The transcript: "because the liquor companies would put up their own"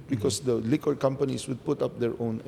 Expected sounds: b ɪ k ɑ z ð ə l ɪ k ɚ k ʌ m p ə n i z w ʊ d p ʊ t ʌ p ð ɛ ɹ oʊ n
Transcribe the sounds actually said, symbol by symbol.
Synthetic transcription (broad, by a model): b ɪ k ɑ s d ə l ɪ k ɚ k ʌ m p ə n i s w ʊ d p ʊ t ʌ p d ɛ ɹ oʊ n